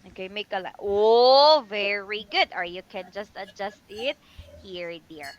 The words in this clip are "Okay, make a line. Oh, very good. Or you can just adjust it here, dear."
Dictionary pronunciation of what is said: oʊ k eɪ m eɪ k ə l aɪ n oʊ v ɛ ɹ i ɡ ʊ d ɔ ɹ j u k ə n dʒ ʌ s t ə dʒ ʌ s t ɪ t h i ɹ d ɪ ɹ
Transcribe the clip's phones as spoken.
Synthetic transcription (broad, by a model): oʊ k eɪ m eɪ k ə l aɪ oʊ v ɛ ɹ i ɡ ʊ d ɔ ɹ j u k ə n dʒ ʌ s t ə dʒ ʌ s t ɪ t h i ɹ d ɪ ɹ